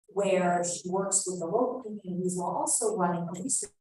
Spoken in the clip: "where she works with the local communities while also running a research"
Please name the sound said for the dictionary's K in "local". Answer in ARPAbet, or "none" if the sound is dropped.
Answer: none